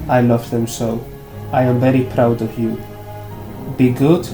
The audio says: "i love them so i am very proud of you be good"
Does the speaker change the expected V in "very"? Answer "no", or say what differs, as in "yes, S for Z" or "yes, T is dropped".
no